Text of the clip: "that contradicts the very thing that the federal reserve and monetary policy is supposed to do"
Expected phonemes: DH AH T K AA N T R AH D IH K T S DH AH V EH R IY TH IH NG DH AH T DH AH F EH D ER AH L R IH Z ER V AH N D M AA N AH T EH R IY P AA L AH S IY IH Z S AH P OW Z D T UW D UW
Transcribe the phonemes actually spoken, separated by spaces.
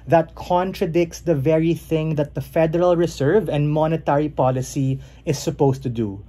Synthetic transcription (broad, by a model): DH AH T K AA N T R AH D IH K T S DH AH V EH R IY TH IH NG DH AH T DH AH F EH D ER AH L R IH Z ER V AH N D M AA N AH T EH R IY P AA L AH S IY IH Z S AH P OW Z T UW D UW